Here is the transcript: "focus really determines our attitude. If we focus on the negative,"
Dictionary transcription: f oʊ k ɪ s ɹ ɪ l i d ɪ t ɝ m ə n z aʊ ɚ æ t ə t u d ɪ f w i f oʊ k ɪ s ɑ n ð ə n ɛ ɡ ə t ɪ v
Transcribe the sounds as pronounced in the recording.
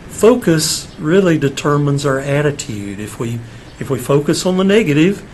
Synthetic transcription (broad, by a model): f oʊ k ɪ s ɹ ɪ l i d ɪ t ɝ m ə n z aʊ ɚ æ t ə t u d ɪ f w i f oʊ k ɪ s n ð ə n ɛ ɡ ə t ɪ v